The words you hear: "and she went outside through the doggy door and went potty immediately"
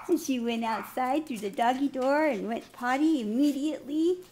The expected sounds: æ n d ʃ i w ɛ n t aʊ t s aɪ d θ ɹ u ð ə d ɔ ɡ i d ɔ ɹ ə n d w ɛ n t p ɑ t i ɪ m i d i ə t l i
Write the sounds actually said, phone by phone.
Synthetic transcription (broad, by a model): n ʃ i w ɛ n t aʊ t s aɪ d θ ɹ u ð ə d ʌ ɡ i d ɔ ɹ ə n w ɛ n p ɑ t i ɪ m i d i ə t l i